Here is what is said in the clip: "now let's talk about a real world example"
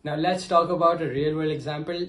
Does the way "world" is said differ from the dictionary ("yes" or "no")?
yes